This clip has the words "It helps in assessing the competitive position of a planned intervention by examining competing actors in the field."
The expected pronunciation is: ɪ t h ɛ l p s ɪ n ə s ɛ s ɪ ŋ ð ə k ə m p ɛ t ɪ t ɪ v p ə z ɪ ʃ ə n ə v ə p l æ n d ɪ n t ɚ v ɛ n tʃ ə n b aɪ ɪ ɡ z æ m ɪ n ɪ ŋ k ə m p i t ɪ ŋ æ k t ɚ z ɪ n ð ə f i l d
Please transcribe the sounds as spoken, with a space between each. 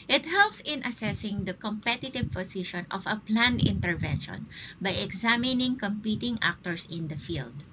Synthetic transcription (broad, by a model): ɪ t h ɛ l p s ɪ n ə s ɛ s ɪ ŋ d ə k ə m p ɛ t ɪ t ɪ v p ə s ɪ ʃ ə n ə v ə p l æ n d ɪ n t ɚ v ɛ n ʃ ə n b aɪ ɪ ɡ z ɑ m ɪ n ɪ ŋ k ə m p i t ɪ ŋ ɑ k t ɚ s ɪ n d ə f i l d